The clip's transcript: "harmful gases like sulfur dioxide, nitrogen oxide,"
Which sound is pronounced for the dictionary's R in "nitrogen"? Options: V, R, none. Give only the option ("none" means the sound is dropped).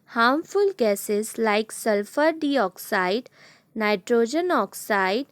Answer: R